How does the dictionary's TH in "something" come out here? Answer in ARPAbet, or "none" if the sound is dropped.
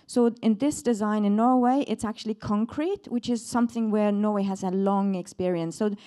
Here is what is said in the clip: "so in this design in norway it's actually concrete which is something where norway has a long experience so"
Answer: TH